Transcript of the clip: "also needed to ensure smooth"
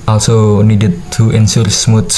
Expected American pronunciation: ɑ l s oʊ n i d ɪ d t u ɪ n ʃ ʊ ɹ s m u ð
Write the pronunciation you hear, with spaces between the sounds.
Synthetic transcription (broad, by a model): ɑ l s oʊ n i d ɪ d t u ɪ n s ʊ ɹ s m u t